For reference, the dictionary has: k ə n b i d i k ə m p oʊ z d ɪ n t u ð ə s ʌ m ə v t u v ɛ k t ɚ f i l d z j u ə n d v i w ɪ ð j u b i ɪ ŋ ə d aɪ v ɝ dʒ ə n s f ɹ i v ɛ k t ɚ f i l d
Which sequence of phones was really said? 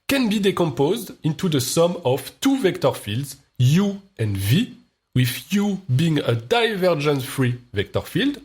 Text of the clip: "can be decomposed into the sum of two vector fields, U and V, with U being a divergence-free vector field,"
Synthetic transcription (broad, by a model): k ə n b i d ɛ k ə m p oʊ z d ɪ n t u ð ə s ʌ m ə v t u v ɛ k t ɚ f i l d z j u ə n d v i w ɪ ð j u b i ɪ ŋ ə d aɪ v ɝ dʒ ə n f ɹ i v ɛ k t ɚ f i l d